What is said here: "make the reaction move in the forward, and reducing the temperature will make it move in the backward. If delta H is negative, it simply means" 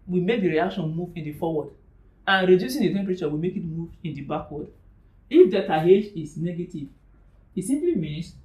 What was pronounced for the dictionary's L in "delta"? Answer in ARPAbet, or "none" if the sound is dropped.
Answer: none